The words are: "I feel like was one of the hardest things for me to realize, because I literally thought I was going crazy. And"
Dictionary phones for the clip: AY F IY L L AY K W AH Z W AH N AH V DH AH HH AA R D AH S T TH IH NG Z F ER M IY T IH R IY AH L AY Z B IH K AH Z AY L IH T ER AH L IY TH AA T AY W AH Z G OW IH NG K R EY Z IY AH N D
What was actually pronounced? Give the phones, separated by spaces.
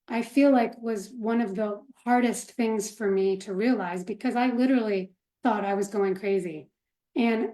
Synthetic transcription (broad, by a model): AY F IY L L AY K W AH Z W AH N AH V DH AH HH AA R D AH S T TH IH NG Z F ER M IY T IH R IY AH L AY Z B IH K AH Z AY L IH T ER L IY TH AA T AY W AH Z G OW IH NG K R EY Z IY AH N